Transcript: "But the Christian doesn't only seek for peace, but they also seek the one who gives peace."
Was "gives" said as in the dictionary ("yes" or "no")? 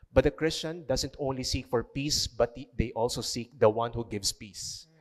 no